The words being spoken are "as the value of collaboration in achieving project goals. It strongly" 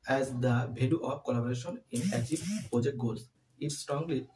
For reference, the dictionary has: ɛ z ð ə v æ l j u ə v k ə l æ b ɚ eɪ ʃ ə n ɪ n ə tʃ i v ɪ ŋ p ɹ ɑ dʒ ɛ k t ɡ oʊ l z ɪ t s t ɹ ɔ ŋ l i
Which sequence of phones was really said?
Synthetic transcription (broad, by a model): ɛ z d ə b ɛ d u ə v k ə l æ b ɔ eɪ ʃ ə n ɪ n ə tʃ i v p ɹ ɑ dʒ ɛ k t ɡ oʊ l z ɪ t s t ɹ ɔ ŋ l i